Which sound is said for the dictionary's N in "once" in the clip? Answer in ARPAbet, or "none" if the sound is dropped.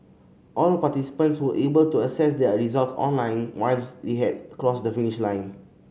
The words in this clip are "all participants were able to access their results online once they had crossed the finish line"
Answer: L